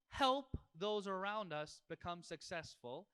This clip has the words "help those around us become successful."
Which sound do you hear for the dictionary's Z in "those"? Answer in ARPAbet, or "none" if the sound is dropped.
Z